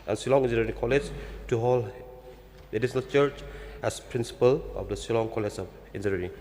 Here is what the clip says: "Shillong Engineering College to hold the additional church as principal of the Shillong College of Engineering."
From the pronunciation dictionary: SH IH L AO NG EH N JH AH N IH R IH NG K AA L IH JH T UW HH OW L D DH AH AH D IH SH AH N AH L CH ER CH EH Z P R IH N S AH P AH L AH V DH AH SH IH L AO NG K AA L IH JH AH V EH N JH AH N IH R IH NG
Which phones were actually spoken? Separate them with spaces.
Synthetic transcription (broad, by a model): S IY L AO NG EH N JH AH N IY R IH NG K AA L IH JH T UW HH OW L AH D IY S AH N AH L CH ER CH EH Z P R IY N S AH P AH L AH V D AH S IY L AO NG K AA L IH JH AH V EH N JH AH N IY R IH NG